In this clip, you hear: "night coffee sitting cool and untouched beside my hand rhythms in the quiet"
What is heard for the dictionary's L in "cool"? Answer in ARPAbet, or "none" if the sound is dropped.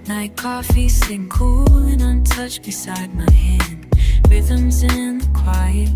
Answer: L